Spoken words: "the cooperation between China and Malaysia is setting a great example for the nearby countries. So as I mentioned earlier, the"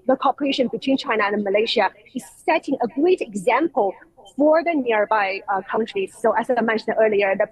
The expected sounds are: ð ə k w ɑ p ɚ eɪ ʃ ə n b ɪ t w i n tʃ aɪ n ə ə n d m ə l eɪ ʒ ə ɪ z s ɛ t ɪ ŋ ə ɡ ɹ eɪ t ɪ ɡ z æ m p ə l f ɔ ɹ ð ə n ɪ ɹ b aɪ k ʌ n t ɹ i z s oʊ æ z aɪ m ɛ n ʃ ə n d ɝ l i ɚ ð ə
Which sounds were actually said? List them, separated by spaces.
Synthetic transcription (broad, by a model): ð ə k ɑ p ɚ eɪ ʃ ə n b ɪ t w i n tʃ aɪ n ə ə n m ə l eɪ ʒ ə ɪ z s ɛ t ɪ ŋ ə ɡ ɹ eɪ t ɪ ɡ z æ m p ə l f ɔ ɹ ð ə n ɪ ɹ b aɪ k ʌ n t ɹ i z s oʊ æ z aɪ m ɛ n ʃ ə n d ɝ l i ɚ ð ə